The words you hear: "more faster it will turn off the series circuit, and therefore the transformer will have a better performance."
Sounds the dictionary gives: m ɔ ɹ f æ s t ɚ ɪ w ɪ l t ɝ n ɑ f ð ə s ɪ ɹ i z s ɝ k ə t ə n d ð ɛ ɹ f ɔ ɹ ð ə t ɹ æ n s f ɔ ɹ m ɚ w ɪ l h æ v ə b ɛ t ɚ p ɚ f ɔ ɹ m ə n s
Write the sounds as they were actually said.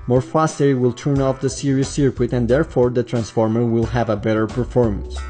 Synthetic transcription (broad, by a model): m ɔ ɹ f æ s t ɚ ɪ w ɪ l t ɝ n ɑ f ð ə s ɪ ɹ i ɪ s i k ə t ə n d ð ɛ ɹ f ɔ ɹ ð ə t ɹ æ n s f ɔ ɹ m ɚ w ɪ l h æ v ə b ɛ t ɚ p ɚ f ɔ ɹ m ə n s